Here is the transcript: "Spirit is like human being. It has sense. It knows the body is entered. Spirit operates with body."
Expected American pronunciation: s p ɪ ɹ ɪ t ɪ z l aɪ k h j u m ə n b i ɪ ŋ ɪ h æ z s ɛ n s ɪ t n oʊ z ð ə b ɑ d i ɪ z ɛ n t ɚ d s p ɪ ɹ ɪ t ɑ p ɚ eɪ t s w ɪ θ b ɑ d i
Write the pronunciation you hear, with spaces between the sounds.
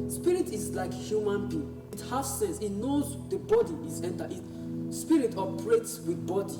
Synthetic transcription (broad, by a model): s p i ɹ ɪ t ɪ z l aɪ k h j u m ə n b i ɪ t h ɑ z s ɛ n s ɪ t n oʊ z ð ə b ɑ d i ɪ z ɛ n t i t s p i ɹ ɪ t ɑ p ɚ eɪ t s w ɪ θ b ɑ d i